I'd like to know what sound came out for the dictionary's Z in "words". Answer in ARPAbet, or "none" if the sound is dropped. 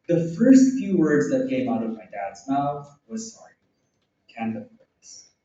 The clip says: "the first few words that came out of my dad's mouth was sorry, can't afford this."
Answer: Z